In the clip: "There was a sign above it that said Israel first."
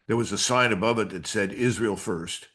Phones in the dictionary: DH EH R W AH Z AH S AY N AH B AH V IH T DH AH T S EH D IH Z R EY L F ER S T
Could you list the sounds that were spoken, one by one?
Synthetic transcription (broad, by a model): DH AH R W AH Z AH S AY N AH B AH V IH T DH AH T S EH D IH Z R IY L F ER S T